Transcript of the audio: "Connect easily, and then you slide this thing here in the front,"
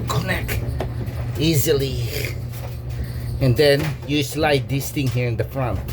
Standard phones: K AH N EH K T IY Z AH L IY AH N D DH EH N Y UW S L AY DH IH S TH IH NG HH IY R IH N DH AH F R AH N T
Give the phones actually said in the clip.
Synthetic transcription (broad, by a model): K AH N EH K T IY Z AH L IY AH N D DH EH N Y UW S L AY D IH S T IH NG HH IY R IH N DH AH F R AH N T